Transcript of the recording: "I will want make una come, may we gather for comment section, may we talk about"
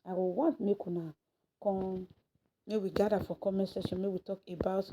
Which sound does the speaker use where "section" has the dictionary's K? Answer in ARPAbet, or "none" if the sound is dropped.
none